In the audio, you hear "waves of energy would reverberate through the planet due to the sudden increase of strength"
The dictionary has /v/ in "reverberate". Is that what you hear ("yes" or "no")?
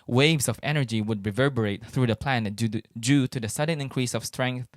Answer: yes